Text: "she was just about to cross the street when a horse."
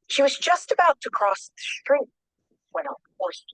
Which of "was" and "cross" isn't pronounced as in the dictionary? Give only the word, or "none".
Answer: none